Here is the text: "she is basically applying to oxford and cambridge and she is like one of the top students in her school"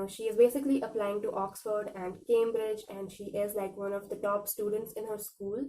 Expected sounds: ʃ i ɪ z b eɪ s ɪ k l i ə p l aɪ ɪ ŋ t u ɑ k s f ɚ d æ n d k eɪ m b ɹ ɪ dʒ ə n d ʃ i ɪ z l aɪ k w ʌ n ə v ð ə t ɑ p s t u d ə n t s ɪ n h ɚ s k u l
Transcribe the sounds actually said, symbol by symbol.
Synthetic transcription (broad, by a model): ʃ i ɪ z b eɪ s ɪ k l i ə p l aɪ ɪ ŋ t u ɑ k s f ɚ d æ n d k eɪ m b ɹ ɪ dʒ ə n d ʃ i ɪ z l aɪ k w ʌ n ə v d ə t ɑ p s t u d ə n t s ɪ n h ɚ s k u l